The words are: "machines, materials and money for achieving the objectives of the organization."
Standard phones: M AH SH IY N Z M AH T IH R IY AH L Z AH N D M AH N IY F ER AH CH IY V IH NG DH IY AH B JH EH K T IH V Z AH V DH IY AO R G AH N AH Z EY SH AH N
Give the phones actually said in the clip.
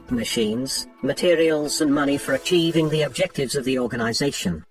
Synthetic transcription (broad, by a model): M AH SH IY N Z M AH T IH R IY AH L Z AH N M AH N IY F ER AH CH IY V IH NG DH IY AH B JH EH K T IH V Z AH V DH IY AO R G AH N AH Z EY SH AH N